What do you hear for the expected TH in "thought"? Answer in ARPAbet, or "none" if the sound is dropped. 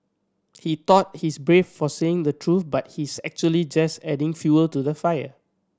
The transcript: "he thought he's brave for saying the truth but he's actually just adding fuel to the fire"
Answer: T